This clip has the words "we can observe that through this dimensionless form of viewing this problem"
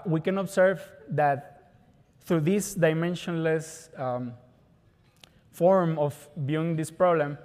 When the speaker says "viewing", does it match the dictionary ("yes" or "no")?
no